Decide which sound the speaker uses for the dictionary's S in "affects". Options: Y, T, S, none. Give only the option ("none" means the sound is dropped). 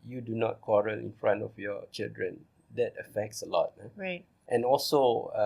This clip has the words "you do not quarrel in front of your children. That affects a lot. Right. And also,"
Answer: S